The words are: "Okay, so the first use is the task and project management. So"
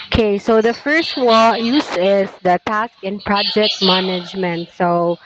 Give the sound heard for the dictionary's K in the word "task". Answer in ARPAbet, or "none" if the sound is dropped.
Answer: K